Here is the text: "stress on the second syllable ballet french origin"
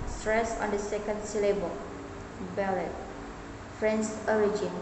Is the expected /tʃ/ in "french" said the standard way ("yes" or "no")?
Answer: no